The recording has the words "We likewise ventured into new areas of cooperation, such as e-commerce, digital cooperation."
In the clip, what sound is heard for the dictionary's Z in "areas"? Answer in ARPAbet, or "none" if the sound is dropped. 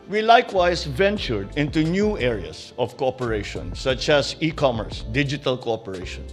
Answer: S